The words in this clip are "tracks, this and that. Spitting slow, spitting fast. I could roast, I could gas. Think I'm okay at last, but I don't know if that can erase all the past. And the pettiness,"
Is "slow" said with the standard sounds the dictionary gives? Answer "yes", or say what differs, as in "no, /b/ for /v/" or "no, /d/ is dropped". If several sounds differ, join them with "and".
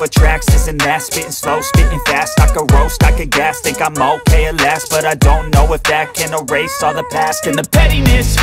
yes